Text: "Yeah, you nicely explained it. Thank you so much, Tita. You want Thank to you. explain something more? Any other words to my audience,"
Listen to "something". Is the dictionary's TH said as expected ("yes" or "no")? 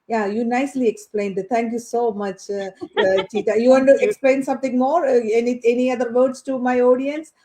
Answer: no